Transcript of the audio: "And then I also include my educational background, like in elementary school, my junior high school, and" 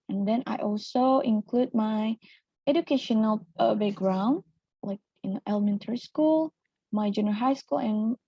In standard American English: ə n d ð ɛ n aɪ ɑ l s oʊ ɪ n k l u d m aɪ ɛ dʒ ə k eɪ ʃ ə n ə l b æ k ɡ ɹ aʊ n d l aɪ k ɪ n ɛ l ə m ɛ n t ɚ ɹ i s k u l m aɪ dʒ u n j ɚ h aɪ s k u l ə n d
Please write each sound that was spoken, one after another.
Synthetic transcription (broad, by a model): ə n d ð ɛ n aɪ ɑ l s oʊ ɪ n k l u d m aɪ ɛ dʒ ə k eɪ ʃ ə n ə l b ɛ ɡ ɹ aʊ n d l aɪ k ɪ n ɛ l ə m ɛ n t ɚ ɹ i s k u l m aɪ dʒ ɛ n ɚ h aɪ s k u l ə n